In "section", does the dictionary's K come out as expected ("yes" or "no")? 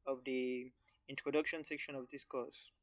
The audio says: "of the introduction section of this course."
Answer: yes